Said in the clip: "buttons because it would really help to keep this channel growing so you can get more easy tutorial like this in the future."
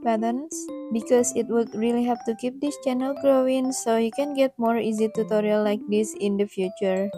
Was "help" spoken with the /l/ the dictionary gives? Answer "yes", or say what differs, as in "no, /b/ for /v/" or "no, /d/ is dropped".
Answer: no, /l/ is dropped